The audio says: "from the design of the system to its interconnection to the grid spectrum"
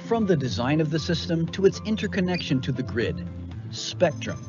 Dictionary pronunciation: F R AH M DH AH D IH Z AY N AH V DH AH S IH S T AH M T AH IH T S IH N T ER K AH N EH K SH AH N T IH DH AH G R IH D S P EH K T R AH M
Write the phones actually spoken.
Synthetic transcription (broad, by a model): F R AH M DH AH D IH Z AY N AH V DH AH S IH S T AH M T AH IH T S IH N T ER K AH N EH K SH AH N T IH DH AH G R IH D S P EH K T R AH M